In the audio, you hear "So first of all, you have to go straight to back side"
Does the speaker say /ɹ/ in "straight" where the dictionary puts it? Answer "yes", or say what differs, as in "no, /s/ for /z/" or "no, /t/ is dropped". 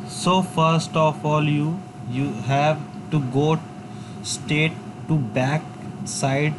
no, /ɹ/ is dropped